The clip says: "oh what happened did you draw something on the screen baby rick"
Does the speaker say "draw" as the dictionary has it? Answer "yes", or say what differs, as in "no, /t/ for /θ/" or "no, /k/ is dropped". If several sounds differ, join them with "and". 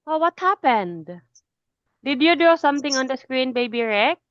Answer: no, /ɹ/ is dropped